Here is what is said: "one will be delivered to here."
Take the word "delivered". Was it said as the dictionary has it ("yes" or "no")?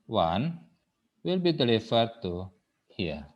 no